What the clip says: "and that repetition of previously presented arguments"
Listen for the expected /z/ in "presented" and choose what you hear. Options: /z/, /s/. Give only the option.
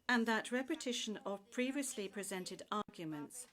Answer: /z/